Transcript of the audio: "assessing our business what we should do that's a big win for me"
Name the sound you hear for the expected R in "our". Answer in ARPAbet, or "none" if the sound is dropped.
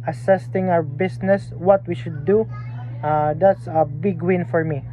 W